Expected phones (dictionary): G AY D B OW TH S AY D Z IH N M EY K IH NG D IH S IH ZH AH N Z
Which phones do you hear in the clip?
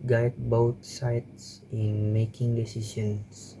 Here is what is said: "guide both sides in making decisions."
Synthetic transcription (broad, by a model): G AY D B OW T S AY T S IH N M EY K IH NG D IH S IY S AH N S